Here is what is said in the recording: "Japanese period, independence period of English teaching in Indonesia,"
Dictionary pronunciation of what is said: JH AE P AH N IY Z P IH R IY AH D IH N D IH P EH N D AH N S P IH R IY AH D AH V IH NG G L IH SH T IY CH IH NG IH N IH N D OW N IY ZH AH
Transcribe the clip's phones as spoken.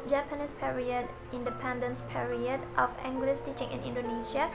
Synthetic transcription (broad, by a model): JH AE P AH N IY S P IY R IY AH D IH N D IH P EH N D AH N S P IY R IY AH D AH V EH NG G L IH S T IY CH IH NG IH N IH N D OW N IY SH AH